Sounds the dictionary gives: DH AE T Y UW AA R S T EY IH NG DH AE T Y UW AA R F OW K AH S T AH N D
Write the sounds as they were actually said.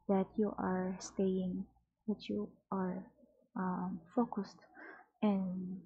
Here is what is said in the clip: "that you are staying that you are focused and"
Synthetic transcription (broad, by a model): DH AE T Y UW AA R S T EY IH NG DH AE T Y UW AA R F OW K AH S T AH N